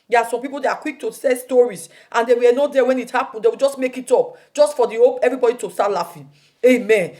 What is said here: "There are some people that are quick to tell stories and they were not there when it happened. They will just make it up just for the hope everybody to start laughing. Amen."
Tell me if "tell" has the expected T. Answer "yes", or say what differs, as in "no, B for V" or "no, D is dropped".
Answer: no, S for T